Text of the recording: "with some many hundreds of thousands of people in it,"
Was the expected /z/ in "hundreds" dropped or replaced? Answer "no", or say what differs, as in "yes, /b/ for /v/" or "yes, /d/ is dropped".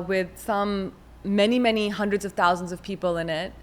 no